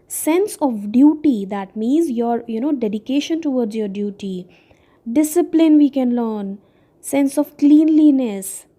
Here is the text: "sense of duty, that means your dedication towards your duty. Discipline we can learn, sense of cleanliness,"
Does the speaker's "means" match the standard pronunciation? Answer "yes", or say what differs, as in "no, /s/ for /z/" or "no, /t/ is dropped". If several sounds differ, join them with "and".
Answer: yes